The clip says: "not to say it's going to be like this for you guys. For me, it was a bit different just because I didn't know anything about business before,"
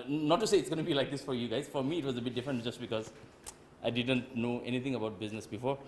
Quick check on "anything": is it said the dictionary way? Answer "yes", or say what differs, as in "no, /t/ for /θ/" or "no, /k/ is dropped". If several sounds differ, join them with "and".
no, /t/ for /θ/